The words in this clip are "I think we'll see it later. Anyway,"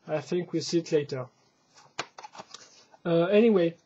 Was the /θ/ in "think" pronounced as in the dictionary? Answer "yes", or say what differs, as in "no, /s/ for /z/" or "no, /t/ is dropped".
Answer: yes